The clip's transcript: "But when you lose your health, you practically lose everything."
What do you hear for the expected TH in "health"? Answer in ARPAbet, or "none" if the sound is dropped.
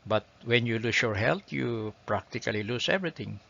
T